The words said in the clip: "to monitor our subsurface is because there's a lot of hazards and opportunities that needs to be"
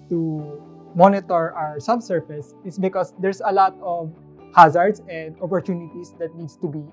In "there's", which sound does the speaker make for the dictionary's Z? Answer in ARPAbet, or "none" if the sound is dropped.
S